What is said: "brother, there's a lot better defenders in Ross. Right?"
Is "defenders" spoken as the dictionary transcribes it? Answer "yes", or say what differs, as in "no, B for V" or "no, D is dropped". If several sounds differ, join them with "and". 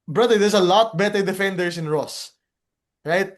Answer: no, S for Z